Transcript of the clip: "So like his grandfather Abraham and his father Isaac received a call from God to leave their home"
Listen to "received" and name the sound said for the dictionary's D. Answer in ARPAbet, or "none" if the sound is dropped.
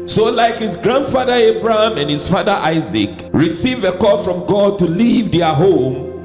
none